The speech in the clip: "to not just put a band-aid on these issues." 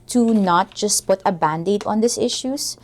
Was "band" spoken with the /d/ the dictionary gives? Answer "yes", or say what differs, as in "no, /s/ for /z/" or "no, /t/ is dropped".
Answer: yes